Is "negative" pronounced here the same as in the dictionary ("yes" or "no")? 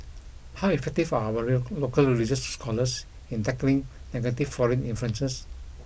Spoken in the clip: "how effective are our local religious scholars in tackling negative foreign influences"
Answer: no